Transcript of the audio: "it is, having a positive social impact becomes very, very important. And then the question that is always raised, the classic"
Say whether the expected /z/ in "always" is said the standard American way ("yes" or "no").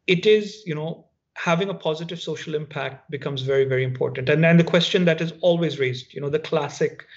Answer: yes